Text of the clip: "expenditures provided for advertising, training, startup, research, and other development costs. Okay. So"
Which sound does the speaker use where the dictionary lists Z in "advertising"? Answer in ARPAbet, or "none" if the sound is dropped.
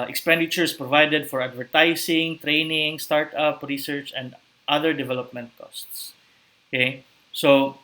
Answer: S